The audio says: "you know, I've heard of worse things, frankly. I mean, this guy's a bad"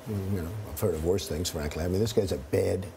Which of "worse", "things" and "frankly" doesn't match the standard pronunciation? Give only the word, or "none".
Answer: none